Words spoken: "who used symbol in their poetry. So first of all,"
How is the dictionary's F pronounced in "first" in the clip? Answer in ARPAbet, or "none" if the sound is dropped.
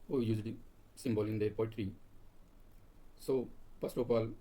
P